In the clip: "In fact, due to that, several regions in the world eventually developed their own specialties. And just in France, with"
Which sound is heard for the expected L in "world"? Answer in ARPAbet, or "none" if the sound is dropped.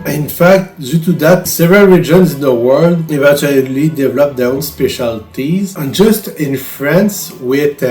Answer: L